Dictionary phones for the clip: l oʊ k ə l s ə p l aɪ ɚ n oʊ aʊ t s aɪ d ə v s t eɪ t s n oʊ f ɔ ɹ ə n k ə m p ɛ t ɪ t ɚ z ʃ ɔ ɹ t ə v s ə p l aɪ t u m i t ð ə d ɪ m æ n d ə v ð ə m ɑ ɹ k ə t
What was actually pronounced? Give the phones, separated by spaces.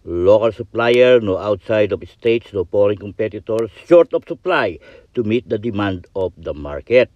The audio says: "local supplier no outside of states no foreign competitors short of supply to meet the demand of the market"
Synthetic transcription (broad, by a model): l oʊ k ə l s ə p l aɪ ɚ n oʊ aʊ t s aɪ d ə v s t eɪ t s n oʊ p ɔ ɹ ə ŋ k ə m p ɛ t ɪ t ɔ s ʃ ɔ ɹ t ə p s ə p l aɪ t u m i t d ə d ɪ m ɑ n d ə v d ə m ɑ ɹ k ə t